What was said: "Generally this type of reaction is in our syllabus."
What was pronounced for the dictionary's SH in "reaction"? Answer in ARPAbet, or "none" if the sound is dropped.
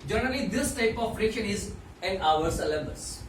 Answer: none